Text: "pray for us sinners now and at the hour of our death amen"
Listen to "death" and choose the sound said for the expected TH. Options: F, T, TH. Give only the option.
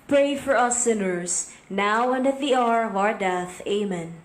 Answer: TH